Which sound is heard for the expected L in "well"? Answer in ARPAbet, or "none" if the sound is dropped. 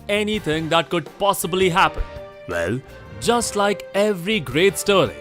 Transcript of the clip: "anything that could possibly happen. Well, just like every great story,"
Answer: L